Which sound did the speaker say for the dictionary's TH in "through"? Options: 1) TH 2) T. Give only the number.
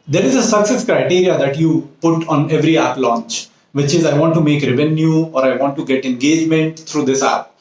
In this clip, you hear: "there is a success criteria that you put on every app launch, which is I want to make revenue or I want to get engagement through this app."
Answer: 2